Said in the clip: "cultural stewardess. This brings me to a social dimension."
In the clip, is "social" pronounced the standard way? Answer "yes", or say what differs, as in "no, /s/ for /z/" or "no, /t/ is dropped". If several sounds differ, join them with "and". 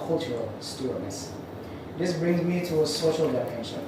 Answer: yes